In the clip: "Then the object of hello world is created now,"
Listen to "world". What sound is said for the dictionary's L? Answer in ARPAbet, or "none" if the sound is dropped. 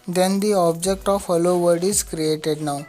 none